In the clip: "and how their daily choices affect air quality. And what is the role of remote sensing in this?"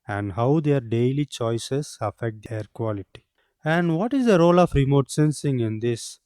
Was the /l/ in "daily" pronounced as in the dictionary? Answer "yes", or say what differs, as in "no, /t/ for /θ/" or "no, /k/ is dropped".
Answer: yes